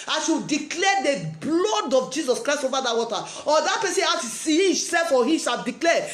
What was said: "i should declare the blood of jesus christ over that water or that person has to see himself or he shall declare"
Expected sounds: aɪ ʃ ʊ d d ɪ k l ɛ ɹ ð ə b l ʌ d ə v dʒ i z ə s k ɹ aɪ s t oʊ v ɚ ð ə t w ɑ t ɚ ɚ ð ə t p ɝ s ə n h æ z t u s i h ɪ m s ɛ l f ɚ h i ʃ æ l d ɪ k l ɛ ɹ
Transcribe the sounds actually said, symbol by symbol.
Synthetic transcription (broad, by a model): aɪ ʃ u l d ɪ k l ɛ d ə b l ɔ d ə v dʒ i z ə s k ɹ aɪ s t oʊ v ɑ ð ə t w ɑ t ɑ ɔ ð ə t p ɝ s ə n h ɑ t u s i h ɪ s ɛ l f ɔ h i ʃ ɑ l d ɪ k l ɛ